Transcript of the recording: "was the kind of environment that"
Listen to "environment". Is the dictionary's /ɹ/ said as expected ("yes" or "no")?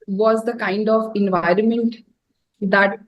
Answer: yes